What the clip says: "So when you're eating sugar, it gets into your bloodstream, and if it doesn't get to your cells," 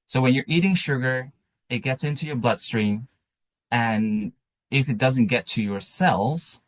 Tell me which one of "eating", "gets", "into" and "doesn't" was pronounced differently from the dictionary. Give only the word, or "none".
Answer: none